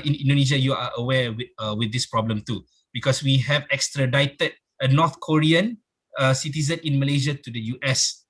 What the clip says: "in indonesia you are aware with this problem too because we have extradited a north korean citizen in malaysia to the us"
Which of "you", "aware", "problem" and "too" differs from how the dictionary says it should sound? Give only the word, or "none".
aware